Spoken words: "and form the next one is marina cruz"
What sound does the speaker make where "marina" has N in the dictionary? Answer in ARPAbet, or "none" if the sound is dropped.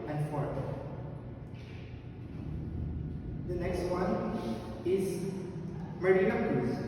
none